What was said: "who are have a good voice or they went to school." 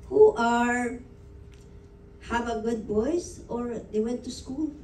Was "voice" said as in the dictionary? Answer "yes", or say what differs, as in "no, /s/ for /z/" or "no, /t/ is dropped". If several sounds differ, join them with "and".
no, /b/ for /v/